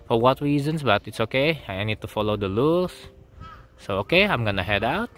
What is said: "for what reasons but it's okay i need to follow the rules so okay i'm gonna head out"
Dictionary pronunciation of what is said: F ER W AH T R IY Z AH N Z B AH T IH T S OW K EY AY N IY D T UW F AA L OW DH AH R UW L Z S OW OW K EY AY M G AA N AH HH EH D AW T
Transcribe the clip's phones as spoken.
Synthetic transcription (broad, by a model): F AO W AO T R IY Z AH N S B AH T IH T S OW K EY AY N IY D T UW F AA L OW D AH L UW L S S OW OW K EY AY M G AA N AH HH EH D AW T